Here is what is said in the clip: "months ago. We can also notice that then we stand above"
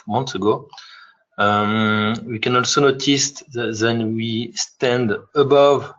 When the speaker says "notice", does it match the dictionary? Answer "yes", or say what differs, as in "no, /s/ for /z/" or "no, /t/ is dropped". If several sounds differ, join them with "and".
yes